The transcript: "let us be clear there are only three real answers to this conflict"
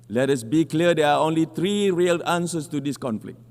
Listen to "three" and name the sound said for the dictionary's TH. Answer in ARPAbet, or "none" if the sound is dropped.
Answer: T